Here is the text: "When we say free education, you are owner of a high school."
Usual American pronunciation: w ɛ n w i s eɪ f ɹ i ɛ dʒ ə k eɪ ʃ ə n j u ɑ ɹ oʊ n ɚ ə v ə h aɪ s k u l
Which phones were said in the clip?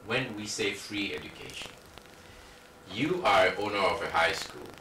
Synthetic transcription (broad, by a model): w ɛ n w i s eɪ f ɹ i ɛ dʒ ə k eɪ ʃ ə n j u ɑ ɹ oʊ n ɚ ə v ə h aɪ s k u l